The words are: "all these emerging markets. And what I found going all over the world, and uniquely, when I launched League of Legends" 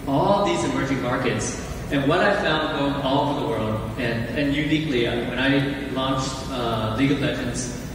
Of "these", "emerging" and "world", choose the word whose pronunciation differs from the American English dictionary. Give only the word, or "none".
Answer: none